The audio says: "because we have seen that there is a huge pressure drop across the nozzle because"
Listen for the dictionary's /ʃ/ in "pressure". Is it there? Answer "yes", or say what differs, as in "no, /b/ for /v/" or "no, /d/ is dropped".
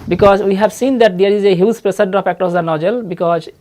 no, /s/ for /ʃ/